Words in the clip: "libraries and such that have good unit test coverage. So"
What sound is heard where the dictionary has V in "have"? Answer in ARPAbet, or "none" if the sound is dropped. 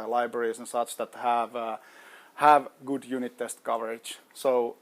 V